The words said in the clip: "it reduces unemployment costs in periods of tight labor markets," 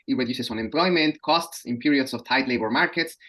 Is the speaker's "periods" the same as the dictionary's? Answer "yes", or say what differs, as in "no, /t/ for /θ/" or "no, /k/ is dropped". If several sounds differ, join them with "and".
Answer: no, /s/ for /z/